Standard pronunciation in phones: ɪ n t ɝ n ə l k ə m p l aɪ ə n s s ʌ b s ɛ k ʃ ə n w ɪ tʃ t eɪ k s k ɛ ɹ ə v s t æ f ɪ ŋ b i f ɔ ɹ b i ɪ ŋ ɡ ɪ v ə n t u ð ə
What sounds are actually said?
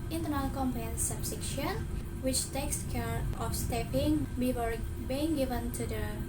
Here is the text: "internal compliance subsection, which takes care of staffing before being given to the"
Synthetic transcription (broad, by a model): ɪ n t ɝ n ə l k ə m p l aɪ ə n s s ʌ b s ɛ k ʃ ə n w ɪ tʃ t eɪ k s k ɛ ɹ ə f s t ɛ p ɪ ŋ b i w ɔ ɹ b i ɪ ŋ ɡ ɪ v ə n t u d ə